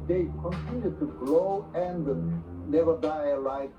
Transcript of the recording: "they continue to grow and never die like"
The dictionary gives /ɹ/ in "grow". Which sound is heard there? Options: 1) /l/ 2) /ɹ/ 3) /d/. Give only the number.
1